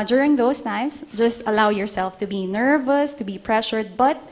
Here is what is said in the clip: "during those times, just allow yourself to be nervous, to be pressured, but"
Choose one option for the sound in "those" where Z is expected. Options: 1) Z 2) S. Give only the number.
2